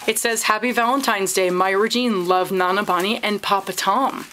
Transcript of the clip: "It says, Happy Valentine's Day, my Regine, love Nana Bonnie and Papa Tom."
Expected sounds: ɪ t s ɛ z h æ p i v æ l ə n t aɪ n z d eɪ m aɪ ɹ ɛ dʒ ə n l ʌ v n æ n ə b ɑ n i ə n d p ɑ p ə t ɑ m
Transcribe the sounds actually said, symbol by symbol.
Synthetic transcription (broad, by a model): ɪ t s ɛ z h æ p i v æ l ə n t aɪ n z d eɪ m aɪ ɹ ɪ dʒ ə n l ʌ v n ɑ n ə b ɑ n i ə n p ɑ p ə t ɑ m